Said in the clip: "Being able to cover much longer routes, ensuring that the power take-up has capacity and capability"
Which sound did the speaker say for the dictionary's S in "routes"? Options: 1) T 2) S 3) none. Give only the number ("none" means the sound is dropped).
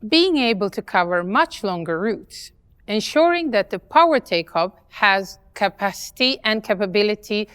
2